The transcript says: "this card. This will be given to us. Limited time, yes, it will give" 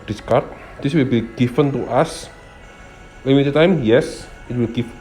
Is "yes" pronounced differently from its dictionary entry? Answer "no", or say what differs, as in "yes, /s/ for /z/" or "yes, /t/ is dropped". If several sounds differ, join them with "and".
no